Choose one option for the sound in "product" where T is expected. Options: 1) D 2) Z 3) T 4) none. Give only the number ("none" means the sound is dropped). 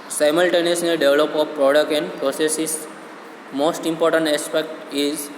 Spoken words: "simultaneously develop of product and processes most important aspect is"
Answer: 4